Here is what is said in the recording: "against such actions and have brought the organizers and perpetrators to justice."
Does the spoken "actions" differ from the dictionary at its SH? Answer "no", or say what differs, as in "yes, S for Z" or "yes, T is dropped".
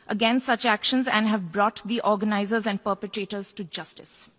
no